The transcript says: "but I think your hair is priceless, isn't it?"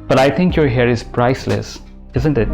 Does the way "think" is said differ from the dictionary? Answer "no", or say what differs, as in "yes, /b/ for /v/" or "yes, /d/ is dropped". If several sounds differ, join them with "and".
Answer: yes, /t/ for /θ/